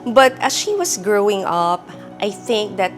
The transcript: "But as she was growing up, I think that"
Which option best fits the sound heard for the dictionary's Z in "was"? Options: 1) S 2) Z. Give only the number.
1